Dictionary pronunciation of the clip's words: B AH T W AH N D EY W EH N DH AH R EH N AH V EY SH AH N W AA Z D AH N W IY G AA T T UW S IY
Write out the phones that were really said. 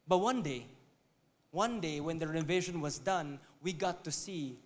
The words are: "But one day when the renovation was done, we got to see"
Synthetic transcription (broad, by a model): B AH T W AH N D EY W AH N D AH W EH N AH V EY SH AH N W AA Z D AH N W IY G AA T T UW S IY